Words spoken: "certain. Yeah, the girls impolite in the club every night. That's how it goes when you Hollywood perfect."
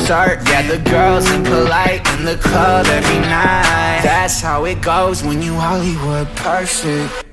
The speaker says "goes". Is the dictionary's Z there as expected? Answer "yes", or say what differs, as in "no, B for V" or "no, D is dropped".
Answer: yes